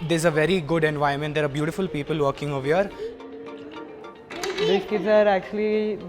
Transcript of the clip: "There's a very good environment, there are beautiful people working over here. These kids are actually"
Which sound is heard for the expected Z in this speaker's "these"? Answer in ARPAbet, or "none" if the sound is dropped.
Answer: none